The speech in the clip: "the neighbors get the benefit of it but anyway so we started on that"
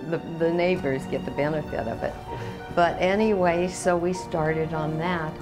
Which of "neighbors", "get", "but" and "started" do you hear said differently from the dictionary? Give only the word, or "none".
none